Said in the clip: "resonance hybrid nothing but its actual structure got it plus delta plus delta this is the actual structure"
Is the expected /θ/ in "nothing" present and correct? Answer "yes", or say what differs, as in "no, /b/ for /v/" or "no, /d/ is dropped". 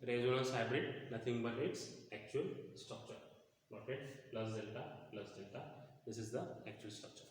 no, /t/ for /θ/